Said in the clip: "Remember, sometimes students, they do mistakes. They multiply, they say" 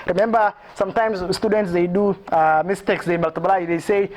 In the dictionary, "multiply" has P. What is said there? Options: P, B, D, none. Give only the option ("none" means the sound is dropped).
B